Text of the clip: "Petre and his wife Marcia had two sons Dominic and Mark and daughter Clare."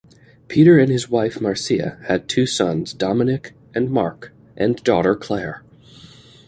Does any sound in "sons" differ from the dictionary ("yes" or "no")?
no